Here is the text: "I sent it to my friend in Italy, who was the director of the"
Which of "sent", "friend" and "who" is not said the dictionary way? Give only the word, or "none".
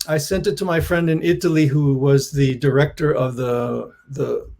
none